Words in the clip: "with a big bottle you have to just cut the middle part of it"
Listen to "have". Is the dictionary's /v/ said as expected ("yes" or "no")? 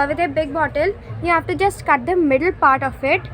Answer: no